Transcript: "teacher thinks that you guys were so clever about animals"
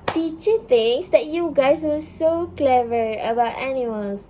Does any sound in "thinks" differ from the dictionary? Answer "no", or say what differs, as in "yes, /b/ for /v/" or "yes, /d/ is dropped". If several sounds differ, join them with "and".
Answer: yes, /t/ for /θ/ and /k/ is dropped